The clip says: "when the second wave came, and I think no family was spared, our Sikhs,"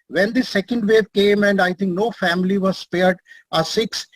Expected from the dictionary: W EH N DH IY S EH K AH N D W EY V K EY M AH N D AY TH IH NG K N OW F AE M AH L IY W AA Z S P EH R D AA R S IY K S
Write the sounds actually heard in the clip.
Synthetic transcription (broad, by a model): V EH N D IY S EH K AH N D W EY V K EY M AH N D AY T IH NG K N OW F AE M AH L IY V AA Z S P EH R D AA S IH K S